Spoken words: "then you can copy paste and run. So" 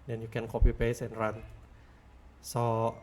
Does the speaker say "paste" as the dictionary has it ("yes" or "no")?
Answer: no